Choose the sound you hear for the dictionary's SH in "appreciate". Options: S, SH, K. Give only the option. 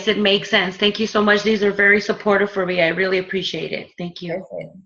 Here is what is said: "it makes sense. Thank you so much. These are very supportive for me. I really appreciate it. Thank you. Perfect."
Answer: SH